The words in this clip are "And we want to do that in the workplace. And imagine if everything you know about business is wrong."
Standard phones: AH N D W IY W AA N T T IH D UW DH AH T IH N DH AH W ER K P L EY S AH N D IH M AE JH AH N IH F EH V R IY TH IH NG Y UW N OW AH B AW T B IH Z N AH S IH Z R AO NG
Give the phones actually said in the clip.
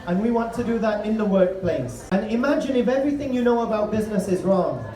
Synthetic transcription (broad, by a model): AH N W IY W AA N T T IH D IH DH AH T IH N DH AH W ER K P L EY S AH N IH M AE JH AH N IH F EH V R IY TH IH NG Y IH N OW AH B AW T B IH Z N AH S IH Z R AO NG